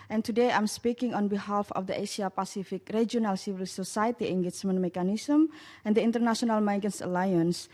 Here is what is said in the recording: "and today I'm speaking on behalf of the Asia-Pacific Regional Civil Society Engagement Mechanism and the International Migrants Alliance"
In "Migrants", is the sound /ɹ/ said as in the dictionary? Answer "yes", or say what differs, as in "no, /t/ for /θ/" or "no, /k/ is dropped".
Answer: no, /ɹ/ is dropped